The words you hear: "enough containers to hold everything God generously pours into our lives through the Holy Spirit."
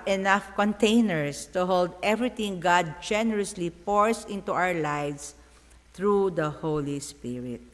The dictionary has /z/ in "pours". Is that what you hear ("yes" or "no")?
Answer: no